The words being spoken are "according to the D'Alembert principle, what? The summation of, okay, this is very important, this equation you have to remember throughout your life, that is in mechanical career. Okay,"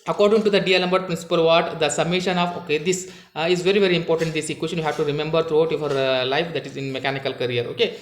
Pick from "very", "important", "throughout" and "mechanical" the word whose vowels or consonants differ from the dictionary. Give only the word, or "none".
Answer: throughout